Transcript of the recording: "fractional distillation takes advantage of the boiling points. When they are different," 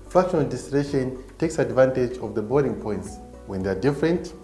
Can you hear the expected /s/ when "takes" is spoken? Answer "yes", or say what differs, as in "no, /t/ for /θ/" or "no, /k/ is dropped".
yes